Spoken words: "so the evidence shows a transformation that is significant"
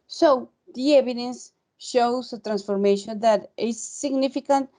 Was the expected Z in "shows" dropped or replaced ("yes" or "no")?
yes